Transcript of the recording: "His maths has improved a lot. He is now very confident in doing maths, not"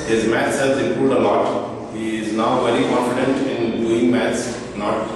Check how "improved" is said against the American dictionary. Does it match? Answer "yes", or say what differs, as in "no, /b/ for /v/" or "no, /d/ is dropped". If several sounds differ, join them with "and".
no, /v/ is dropped